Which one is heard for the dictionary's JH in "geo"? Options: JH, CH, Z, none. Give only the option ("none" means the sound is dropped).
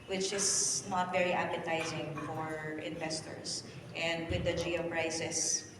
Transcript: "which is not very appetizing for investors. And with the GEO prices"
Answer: JH